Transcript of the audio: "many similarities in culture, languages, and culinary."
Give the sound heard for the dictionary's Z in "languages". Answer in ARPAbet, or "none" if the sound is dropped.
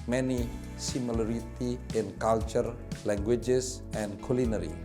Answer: S